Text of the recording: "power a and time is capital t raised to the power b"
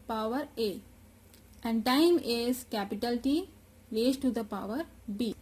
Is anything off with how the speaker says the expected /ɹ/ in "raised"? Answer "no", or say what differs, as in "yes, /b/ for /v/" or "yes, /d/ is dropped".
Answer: yes, /l/ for /ɹ/